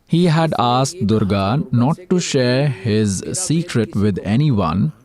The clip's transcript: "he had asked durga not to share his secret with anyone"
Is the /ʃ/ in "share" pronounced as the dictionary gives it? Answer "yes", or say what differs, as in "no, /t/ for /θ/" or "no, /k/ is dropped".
yes